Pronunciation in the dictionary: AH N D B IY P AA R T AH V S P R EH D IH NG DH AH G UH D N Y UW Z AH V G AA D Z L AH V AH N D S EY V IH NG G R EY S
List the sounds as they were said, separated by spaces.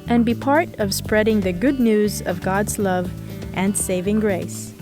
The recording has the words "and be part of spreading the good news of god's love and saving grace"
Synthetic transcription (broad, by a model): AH N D B IY P AA R T AH V S P R EH D IH NG DH AH G UH D N Y UW Z AH V G AA D Z L AH V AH N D S EY V IH NG G R EY S